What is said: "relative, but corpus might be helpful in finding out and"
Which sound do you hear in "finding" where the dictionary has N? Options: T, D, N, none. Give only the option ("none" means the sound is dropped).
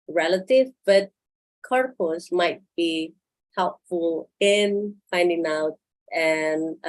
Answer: N